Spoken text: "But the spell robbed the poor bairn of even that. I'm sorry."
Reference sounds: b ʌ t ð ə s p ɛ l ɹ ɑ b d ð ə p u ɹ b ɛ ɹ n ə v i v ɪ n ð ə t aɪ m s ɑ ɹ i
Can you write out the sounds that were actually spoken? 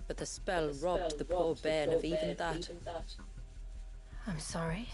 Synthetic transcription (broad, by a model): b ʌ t ð ə s p ɛ l ɹ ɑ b ð ə p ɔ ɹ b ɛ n ə v i v ɪ n ð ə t aɪ m s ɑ ɹ i